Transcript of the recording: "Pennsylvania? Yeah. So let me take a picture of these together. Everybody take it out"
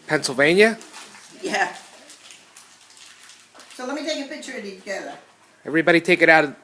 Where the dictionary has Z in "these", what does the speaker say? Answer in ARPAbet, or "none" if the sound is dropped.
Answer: none